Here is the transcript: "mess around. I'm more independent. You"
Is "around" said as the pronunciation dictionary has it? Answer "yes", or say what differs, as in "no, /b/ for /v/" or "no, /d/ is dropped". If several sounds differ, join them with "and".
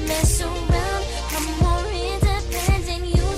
no, /l/ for /n/